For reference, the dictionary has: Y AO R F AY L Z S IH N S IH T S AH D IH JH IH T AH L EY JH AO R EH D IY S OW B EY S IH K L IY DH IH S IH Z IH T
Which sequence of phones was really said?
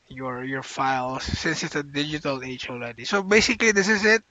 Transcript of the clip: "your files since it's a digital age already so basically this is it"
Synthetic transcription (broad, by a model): Y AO R F AY L S IH N S IH T S AH D IH JH IH T AH L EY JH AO L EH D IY S OW B EY S IH K L IY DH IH S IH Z IH T